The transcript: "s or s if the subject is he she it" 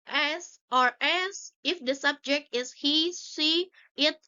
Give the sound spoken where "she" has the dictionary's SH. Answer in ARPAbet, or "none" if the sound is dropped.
S